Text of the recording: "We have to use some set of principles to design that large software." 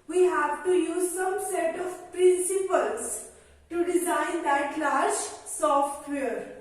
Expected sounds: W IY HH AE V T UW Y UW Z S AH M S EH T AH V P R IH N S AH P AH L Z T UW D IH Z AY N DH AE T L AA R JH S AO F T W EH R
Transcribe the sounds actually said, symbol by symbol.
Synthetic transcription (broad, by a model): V IY HH AE V T UW Y UW Z S AH M S EH T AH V P R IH N S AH P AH L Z T UW D IH Z AY N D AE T L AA R SH S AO F T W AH R